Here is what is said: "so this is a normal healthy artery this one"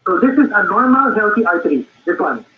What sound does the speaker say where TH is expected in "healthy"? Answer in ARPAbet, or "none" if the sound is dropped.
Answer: T